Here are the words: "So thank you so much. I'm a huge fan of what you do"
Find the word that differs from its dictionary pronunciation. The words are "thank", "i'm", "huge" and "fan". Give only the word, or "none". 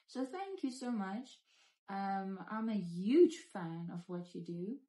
none